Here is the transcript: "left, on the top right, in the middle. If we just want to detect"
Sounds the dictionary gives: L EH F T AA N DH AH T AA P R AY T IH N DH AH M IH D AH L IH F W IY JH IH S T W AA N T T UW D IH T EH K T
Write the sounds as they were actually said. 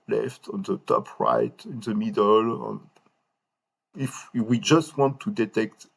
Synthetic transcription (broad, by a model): L EH F T AA N DH AH T AA P R AY T IH N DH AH M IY D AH N IH F W IY JH IH S T W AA N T T UW D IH T EH K T